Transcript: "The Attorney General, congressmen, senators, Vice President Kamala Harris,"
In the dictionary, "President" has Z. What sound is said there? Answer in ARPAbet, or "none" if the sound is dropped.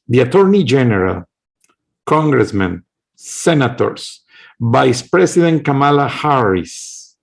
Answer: S